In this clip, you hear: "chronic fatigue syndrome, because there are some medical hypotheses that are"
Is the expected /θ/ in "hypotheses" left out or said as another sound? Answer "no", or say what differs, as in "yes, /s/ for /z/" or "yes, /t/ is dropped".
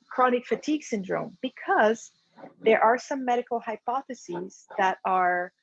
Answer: no